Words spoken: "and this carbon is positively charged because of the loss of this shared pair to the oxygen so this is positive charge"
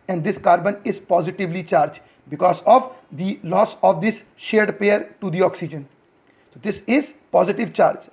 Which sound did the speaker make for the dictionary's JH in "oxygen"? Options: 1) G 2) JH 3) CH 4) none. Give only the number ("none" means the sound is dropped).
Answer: 2